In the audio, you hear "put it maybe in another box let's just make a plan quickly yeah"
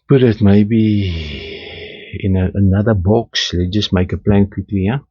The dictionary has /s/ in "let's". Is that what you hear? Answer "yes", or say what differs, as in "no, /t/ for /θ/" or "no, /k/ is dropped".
no, /s/ is dropped